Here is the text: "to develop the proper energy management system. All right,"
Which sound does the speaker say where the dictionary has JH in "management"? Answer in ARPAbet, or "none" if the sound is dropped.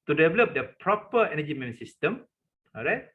none